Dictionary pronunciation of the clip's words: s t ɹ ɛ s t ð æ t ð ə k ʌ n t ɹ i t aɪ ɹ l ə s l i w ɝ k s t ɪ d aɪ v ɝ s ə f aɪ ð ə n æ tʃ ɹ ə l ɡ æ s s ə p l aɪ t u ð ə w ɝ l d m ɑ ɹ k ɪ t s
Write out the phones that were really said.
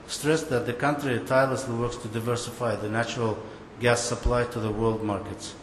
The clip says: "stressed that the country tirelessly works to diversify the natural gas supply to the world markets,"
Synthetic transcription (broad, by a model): s t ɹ ɛ s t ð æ t ð ə k ʌ n t ɹ i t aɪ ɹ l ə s l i w ɝ k s t ɪ d aɪ v ɝ s ə f aɪ ð ə n æ tʃ ɹ ə l ɡ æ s s ə p l aɪ t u ð ə w ɝ l d m ɑ ɹ k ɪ t s